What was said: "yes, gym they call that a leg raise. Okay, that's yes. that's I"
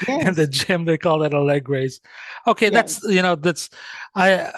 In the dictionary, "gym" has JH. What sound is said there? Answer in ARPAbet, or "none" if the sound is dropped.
JH